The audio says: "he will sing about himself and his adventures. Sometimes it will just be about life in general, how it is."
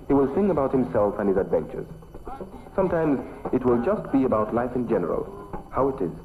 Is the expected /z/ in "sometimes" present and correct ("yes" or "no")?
yes